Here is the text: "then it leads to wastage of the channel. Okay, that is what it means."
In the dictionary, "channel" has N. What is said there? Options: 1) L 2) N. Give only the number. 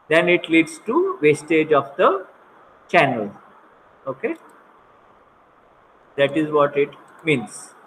2